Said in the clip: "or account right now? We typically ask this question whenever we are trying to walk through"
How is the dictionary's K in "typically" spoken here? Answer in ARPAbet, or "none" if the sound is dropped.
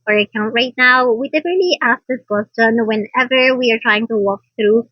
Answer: none